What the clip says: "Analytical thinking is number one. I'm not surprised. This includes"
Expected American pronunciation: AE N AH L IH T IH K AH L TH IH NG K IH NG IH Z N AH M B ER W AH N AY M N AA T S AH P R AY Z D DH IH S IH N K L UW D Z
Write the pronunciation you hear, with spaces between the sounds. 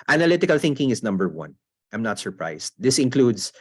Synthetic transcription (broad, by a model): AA N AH L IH T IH K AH L TH IH NG K IH NG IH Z N AH M B ER W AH N AY M N AA T S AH P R AY S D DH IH S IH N K L UW D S